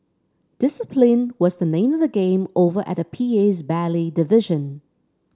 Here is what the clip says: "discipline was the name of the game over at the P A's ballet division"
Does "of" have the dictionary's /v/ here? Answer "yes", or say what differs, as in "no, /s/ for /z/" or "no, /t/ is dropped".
yes